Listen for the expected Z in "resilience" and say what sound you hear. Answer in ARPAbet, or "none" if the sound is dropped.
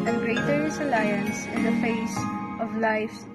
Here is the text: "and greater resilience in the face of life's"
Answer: S